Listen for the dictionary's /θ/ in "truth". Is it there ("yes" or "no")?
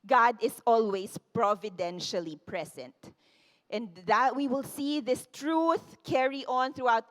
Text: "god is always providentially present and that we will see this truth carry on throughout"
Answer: yes